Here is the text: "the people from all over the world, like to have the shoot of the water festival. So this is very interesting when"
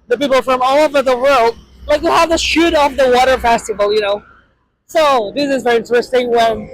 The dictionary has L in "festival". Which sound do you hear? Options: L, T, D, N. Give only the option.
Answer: N